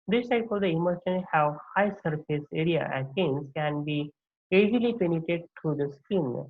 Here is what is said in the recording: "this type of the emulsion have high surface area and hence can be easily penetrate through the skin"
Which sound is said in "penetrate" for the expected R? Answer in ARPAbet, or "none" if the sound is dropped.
none